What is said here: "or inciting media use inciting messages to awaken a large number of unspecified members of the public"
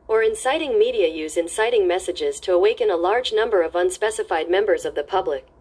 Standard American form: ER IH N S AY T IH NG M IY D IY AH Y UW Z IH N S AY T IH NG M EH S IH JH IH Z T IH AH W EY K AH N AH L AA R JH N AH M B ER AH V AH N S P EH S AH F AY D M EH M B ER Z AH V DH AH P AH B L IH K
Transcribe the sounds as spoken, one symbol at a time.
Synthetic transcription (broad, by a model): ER IH N S AY T IH NG M IY D IY AH Y UW Z IH N S AY T IH NG M EH S IH JH IH Z T IH AH W EY K AH N AH L AA R JH N AH M B ER AH V AH N S P EH S AH F AY D M EH M B ER Z AH V DH AH P AH B L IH K